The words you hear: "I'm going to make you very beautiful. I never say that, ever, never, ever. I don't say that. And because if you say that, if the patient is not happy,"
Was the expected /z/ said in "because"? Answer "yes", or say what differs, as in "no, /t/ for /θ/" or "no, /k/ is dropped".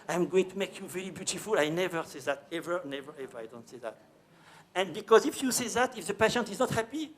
yes